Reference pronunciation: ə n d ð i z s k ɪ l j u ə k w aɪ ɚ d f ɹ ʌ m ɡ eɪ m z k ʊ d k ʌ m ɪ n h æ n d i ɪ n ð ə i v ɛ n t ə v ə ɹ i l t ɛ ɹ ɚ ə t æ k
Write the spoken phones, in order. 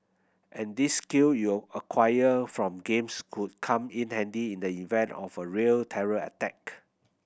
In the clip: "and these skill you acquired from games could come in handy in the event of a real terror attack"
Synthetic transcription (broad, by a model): ə n d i s k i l j u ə k w aɪ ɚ f ɹ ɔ m ɡ eɪ m s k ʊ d k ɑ m ɪ n h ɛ n d i ɪ n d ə i v ɛ n t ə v ə ɹ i l t ɛ ɹ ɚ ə t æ k